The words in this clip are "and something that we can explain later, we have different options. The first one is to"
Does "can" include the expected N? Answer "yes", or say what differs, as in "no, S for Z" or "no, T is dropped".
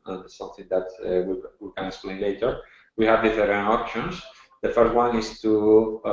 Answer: no, L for N